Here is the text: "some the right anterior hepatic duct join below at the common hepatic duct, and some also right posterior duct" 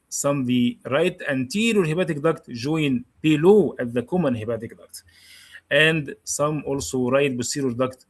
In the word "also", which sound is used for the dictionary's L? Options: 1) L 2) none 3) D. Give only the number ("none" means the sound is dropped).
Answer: 1